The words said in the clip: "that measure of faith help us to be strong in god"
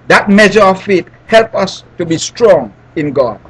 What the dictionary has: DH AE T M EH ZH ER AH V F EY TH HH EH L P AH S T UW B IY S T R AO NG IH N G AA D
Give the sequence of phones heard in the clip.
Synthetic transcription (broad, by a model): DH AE T M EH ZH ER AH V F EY T HH EH L P AH S T UW B IY S T R AO NG IH N G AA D